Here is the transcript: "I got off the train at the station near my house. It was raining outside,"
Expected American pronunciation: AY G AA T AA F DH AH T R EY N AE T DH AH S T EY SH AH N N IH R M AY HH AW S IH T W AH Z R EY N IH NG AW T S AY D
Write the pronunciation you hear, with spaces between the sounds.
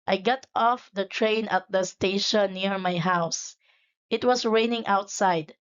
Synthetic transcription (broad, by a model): AY G AA T AA F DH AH T R EY N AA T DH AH S T EY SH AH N N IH R M AY HH AW S IH T W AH S R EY N IH NG AW T S AY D